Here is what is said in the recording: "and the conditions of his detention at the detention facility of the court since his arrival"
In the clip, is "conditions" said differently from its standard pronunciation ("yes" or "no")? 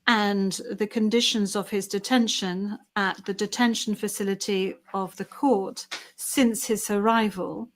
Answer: no